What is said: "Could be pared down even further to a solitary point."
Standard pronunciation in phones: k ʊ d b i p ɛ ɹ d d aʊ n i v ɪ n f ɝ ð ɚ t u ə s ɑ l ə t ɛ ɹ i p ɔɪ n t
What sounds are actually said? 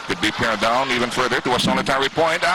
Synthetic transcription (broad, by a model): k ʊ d b i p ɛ ɹ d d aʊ n i v ɪ n f ɝ ð ɚ t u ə s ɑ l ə t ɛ ɹ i p ɔɪ n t